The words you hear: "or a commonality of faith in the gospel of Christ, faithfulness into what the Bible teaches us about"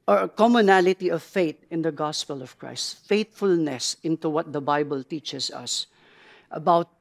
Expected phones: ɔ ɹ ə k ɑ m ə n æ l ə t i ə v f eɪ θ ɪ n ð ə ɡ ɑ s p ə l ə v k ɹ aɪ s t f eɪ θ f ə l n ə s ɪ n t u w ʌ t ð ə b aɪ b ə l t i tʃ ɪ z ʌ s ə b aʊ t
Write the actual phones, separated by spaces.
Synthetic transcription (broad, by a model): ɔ ɹ ə k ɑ m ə n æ l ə t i ə v f eɪ t ɪ n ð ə ɡ ɑ s p ə l ə v k ɹ aɪ s t f eɪ t f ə l n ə s ɪ n t u w ʌ t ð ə b aɪ b ə l t i tʃ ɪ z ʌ s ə b aʊ t